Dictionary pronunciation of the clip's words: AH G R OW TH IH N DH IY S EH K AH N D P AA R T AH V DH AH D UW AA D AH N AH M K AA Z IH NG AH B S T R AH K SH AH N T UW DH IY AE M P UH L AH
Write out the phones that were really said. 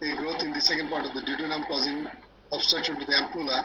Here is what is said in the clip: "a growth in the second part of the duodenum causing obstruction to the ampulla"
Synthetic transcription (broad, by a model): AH G R OW T IH N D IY S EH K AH N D P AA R T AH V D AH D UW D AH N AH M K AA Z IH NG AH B S T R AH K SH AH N T UW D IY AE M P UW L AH